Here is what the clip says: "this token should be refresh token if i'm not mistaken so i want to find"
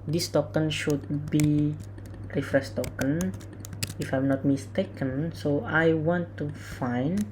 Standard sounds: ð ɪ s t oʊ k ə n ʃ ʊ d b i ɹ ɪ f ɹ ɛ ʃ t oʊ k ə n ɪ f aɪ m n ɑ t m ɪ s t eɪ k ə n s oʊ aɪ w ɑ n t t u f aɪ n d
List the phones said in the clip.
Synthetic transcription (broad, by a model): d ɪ s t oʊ k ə n ʃ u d b i ɹ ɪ f ɹ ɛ s t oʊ k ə n ɪ f aɪ m n ɑ t m ɪ s t eɪ k ə n s oʊ aɪ w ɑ n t t u f aɪ n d